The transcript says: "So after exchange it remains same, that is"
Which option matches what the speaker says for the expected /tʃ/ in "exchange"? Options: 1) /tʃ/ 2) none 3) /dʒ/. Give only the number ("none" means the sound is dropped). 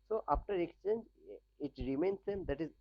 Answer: 1